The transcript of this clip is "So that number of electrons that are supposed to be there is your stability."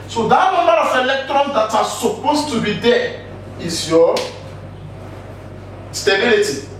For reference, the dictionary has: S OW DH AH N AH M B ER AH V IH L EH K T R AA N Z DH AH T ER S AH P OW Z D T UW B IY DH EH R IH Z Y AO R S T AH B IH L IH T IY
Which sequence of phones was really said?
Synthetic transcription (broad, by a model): S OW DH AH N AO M ER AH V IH L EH K T R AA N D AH T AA S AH P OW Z T UW B IY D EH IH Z Y AO S T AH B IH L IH T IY